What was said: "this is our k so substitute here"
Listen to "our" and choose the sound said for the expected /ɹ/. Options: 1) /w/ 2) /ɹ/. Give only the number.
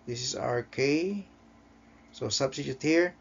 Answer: 2